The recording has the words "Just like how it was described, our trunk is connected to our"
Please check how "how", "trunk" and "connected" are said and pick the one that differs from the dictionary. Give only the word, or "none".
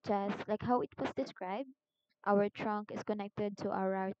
none